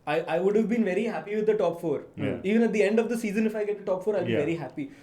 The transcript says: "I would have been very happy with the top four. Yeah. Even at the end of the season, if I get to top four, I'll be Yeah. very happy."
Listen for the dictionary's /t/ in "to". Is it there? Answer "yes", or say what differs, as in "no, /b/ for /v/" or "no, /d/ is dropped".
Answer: yes